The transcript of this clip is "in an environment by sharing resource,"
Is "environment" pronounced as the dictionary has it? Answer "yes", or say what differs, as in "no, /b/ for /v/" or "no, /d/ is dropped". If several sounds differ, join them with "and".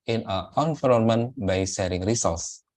no, /f/ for /v/